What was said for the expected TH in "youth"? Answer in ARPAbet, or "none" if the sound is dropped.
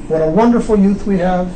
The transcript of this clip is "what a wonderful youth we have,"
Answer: TH